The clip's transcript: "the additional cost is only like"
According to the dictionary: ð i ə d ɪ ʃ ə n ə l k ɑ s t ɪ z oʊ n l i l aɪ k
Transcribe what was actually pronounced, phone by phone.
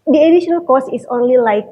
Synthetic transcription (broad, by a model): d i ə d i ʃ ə n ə l k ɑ s ɪ s oʊ n l i l aɪ k